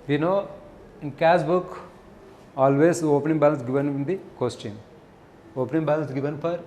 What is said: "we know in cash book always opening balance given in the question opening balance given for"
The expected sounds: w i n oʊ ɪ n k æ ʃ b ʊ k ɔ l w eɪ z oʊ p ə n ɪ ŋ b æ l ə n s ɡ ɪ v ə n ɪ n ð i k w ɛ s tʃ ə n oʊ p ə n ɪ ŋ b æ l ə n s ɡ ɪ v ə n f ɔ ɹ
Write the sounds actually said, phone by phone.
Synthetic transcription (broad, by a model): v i n oʊ ɪ n k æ s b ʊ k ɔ l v eɪ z oʊ p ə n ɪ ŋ b æ l ə n s ɡ ɪ v ə n ɪ n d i k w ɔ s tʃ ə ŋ oʊ p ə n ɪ ŋ b æ l ə n s ɡ ɪ v ə n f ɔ ɹ